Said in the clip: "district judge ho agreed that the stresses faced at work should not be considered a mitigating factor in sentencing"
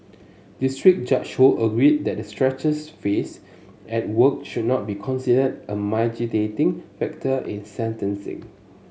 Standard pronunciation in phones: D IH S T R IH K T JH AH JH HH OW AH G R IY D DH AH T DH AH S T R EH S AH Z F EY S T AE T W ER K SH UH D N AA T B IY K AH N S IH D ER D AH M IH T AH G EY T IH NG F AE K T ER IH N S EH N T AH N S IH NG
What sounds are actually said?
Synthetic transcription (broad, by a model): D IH S T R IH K JH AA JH HH OW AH G R IY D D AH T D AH S T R EH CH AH S F EY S EH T W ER K SH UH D N AA T B IY K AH N S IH D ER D AH M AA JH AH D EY T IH NG F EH K T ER IH N S EH N T AH N S IH NG